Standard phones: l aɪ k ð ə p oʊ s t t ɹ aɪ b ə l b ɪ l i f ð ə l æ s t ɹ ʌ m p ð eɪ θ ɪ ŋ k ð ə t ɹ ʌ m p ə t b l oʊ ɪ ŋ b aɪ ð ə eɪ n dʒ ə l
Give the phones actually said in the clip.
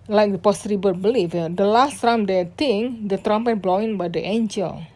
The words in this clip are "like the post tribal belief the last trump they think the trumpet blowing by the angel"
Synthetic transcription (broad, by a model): l aɪ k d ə p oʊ s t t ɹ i b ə b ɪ l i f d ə l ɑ s t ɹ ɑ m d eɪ t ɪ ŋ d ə t ɹ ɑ m p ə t b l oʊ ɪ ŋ b aɪ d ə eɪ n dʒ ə l